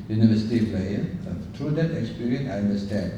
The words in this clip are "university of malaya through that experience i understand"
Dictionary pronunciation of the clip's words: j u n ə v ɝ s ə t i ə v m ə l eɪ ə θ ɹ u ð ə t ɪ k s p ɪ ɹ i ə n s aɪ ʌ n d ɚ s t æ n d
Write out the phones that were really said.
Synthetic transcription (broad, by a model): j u n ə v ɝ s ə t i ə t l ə eɪ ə t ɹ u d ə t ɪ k s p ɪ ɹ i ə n aɪ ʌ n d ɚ s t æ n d